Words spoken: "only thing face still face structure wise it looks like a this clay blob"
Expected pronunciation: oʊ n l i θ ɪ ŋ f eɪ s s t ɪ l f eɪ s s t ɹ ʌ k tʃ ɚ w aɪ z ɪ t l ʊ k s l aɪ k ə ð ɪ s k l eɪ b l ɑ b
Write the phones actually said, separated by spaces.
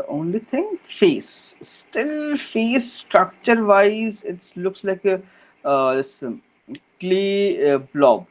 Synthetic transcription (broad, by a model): oʊ n l i t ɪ ŋ f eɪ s s t ɪ l f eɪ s s t ɹ ʌ k tʃ ɚ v aɪ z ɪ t l ʊ k s l aɪ k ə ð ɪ s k l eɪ b l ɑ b